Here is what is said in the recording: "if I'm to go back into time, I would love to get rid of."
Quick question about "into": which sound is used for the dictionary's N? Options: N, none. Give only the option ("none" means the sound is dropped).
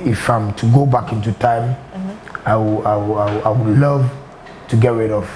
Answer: N